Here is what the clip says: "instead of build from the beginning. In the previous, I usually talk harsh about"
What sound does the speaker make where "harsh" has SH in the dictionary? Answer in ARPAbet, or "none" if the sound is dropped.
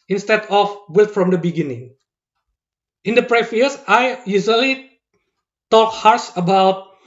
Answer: S